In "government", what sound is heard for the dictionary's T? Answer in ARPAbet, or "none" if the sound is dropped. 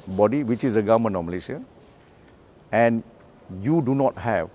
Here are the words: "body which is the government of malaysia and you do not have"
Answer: none